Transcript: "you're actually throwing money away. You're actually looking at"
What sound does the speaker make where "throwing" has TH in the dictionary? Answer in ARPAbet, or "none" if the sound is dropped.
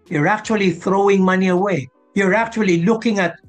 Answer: TH